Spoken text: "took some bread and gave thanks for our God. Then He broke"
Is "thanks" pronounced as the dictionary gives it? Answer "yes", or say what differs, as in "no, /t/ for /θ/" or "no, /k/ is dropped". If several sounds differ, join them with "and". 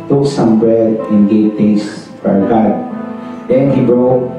no, /k/ is dropped